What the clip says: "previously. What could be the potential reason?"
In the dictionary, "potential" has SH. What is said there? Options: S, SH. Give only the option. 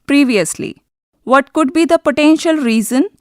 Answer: SH